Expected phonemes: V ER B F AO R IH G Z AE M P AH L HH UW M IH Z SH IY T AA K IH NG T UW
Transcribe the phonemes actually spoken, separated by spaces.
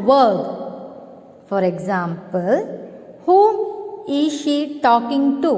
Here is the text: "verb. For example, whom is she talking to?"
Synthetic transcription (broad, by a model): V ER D F AO R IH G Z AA M P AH L HH UW IH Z SH IY T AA K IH NG T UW